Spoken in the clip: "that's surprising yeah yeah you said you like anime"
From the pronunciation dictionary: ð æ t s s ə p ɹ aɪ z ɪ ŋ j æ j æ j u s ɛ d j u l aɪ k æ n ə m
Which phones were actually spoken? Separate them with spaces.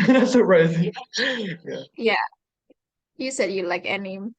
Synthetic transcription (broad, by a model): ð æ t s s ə ɹ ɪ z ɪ j æ j æ j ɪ s ɛ d j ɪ l aɪ k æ n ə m